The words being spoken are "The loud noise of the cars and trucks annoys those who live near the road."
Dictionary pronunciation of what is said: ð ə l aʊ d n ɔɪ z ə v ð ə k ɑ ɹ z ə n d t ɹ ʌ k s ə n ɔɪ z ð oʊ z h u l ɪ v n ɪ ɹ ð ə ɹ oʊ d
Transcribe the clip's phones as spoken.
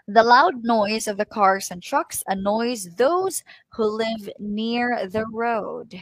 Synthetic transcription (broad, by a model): ð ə l aʊ d n ɔɪ z ə v ð ə k ɑ ɹ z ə n t ɹ ʌ k s ə n ɔɪ z ð oʊ z h u l ɪ v n ɪ ɹ ð ə ɹ oʊ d